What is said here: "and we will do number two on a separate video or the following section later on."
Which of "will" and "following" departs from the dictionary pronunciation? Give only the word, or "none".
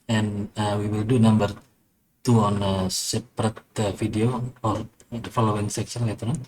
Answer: none